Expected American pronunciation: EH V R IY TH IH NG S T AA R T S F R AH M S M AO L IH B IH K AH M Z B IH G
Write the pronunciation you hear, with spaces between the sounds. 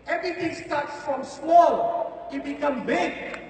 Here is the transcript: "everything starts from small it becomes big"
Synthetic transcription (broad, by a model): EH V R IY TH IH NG S T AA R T S F R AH M S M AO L IH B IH K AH M B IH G